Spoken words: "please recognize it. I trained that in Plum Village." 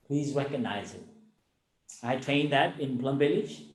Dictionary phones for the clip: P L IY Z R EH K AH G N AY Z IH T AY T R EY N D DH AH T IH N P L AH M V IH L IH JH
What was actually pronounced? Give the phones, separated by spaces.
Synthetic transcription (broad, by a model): P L IY Z R EH K AH G N AY Z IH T AY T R EY N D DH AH T IH N B L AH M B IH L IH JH